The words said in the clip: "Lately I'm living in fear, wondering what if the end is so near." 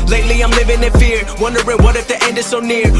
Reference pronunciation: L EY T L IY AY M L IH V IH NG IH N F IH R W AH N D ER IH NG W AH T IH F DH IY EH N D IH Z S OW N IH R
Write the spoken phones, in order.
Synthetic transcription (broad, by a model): L EY T L IY AY M L IH V IH NG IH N F IH R W AH N D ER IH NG W AH T IH F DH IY EH N D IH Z S OW N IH R